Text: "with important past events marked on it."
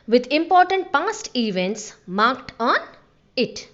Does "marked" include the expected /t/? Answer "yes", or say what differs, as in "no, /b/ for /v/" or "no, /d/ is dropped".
yes